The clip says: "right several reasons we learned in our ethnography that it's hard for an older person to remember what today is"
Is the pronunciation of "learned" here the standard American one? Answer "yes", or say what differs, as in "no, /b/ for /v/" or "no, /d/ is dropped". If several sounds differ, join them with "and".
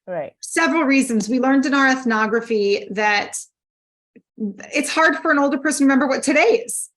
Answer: yes